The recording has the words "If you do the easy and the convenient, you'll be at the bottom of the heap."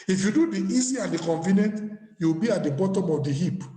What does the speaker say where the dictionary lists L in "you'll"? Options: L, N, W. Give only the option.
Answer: W